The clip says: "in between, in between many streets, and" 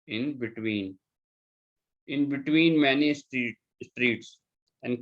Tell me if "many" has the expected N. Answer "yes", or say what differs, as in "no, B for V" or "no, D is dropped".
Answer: yes